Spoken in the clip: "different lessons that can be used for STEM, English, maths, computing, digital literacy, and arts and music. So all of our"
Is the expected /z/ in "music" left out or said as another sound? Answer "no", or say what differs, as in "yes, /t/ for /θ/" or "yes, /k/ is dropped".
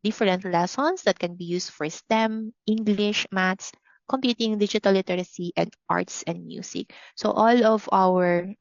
yes, /s/ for /z/